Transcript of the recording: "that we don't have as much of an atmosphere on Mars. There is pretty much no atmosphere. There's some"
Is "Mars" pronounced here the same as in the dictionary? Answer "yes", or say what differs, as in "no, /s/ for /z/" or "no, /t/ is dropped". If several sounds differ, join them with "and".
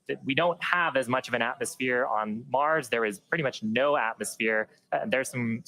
yes